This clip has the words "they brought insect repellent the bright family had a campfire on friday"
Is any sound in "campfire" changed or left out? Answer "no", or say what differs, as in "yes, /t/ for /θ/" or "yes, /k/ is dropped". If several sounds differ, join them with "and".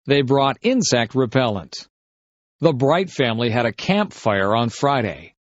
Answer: no